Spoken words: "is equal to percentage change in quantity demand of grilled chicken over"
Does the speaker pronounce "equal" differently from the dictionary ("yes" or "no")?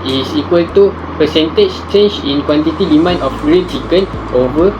no